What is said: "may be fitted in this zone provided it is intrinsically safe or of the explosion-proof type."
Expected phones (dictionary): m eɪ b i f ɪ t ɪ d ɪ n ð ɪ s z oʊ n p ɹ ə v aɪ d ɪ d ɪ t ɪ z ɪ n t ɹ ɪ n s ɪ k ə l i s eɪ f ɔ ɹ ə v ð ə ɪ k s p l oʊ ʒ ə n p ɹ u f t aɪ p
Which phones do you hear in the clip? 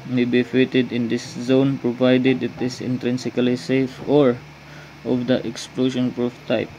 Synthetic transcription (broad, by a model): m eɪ b i f ɪ t ɪ d ɪ n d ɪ s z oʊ n p ɹ ə v aɪ d ɪ d ɪ t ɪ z ɪ n t ɹ ɪ n s ɪ k ə l i s eɪ f ɔ ɹ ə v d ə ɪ k s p l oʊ ʃ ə n p ɹ u f t aɪ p